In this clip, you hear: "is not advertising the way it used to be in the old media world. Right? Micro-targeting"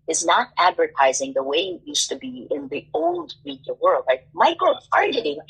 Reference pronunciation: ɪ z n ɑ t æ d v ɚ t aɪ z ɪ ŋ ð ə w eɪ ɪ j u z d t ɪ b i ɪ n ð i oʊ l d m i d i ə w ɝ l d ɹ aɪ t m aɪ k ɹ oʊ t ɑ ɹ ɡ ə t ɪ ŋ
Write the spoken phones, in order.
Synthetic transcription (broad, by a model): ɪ z n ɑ t æ d v ɚ t aɪ z ɪ ŋ ð ə w eɪ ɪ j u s t ɪ b i ɪ n ð i oʊ l d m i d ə w ɝ l d ɹ aɪ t m aɪ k oʊ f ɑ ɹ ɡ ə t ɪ